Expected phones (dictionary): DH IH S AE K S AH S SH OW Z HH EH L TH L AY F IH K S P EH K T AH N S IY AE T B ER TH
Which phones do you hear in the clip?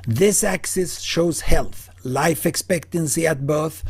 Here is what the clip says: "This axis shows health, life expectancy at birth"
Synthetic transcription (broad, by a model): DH IH S AE K S AH S SH OW Z HH EH L TH L AY F IH K S P EH K T AH N S IY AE T B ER TH